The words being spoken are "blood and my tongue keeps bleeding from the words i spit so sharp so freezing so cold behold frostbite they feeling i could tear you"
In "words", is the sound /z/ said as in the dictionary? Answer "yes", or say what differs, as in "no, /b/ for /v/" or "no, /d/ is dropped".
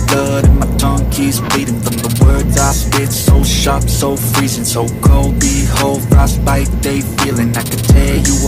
yes